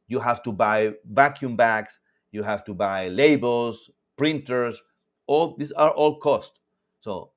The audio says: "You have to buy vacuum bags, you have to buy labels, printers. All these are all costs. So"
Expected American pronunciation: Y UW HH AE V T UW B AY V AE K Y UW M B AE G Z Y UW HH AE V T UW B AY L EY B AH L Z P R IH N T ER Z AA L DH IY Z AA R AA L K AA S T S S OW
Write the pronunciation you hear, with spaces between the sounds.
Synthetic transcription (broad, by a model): Y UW HH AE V T UW B AY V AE K Y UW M B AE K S Y UW HH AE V T UW B AY L EY B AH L S P R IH N T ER S AA L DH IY S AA R AA L K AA S T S S OW